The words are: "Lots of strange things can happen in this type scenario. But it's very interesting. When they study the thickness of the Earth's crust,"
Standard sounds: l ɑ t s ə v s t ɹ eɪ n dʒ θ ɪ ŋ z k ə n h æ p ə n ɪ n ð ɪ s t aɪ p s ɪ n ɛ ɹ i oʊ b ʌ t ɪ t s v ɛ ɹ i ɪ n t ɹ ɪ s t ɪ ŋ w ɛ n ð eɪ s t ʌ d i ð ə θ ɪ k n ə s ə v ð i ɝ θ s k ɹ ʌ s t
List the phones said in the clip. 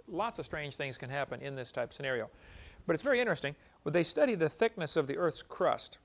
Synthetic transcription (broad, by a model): l ɑ t s ə v s t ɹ eɪ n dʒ θ ɪ ŋ z k ə n h æ p ə n ɪ n ð ɪ s t aɪ p s ɪ n ɛ ɹ i oʊ b ʌ t ɪ t s v ɛ ɹ i ɪ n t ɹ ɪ s t ɪ ŋ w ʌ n ð eɪ s t ʌ d i ð ə θ ɪ k n ə s ə v ð i ɝ θ s k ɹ ʌ s t